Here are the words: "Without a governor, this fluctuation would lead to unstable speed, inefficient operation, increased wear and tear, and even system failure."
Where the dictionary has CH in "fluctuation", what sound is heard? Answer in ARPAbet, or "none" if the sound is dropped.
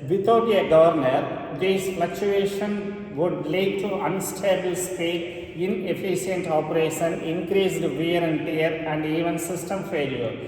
CH